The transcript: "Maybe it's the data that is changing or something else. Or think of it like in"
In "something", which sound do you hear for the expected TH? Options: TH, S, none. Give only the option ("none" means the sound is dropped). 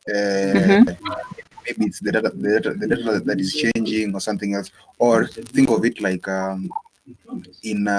TH